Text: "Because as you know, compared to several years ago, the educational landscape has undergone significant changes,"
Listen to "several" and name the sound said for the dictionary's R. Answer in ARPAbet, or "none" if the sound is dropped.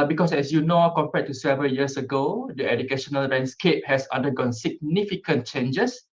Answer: none